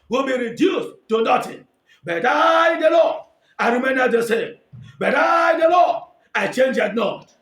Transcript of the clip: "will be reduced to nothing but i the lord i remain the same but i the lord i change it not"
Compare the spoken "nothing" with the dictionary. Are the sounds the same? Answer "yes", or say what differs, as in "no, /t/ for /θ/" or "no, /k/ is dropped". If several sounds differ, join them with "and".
no, /t/ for /θ/